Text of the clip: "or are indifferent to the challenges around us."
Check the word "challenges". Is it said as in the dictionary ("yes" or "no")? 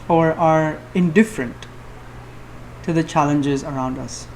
yes